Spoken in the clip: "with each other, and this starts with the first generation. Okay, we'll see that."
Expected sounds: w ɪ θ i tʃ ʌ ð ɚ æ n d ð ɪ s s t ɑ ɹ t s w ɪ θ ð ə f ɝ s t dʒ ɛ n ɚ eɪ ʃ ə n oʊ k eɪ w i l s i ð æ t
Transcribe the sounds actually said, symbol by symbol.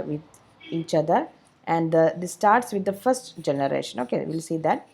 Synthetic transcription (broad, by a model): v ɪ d i tʃ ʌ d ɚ æ n d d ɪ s s t ɑ ɹ t s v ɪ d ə f ɝ s t dʒ ɛ n ɚ eɪ ʃ ə n oʊ k eɪ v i l s i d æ t